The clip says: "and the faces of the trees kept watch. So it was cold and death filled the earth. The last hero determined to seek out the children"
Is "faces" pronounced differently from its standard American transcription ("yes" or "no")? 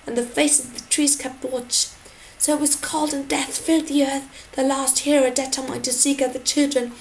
yes